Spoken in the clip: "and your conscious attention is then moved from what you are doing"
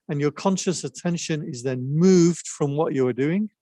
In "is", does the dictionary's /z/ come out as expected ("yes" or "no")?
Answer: yes